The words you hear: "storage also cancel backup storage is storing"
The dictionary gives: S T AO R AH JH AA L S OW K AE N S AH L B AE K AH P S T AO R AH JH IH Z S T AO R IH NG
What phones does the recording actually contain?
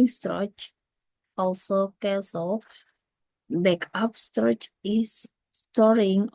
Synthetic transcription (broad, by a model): S T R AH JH AA L S OW K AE S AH L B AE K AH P S T R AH CH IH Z S T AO R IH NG